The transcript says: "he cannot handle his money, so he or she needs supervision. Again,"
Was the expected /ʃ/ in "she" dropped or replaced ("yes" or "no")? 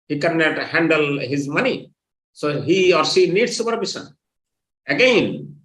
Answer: yes